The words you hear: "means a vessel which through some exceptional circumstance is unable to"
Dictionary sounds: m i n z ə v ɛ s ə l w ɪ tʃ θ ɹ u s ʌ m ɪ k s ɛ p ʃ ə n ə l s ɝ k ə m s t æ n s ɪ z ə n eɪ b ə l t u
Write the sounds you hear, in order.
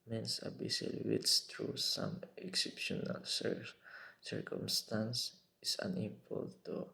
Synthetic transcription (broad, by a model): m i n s ə b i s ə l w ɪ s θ ɹ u s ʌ m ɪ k s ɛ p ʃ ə n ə l s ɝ k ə m s t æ n s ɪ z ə n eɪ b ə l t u